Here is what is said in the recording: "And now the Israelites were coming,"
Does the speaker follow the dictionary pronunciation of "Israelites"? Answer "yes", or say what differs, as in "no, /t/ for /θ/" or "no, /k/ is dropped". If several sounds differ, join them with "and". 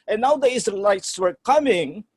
no, /ɹ/ is dropped